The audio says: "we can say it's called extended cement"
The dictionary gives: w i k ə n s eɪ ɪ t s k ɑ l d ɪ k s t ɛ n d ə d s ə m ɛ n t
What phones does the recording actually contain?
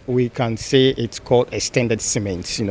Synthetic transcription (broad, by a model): w i k ə n s eɪ ɪ t s k ɑ l d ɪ s t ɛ n d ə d s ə m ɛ n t